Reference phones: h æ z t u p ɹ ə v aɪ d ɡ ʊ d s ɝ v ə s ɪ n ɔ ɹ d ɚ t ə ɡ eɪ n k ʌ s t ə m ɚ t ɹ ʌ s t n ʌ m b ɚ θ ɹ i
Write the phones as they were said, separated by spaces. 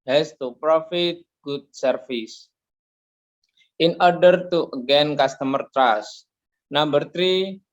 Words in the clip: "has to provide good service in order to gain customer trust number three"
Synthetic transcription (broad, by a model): h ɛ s t u p ɹ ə f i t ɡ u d s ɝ f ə s ɪ n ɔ ɹ d ɚ t ə ɡ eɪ n k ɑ s t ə m ɚ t ɹ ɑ s n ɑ m b ɚ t ɹ i